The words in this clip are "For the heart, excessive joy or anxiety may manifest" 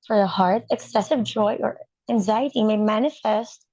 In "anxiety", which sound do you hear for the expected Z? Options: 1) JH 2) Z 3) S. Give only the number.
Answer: 2